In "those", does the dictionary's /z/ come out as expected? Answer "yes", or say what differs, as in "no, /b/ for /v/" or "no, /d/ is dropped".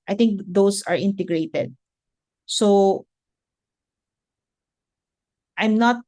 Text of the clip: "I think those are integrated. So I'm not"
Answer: no, /s/ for /z/